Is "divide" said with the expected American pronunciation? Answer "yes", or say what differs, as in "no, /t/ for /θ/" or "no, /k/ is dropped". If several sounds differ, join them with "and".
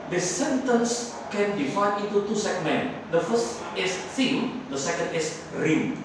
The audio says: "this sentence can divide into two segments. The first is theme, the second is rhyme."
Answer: no, /f/ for /v/